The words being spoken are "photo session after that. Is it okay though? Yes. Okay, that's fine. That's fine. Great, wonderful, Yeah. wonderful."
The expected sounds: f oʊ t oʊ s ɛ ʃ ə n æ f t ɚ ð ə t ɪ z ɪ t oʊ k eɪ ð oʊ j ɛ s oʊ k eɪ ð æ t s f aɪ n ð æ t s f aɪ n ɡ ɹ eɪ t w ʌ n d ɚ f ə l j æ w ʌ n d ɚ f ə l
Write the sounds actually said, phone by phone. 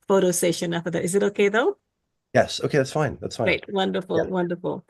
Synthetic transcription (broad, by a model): f oʊ t oʊ s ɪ ʃ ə n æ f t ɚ ð ə t ɪ z ɪ t oʊ k eɪ ð oʊ j ɛ s oʊ k eɪ ð æ t s f aɪ n ð æ t s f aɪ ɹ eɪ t w ʌ n d ɚ f ə l w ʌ n d ɚ f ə l